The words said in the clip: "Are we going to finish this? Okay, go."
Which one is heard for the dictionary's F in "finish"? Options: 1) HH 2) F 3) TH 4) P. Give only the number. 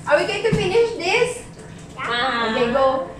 2